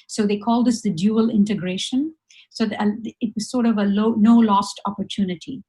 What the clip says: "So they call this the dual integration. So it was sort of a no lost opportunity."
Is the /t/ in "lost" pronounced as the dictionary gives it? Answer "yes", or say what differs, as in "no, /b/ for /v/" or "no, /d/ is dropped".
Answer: yes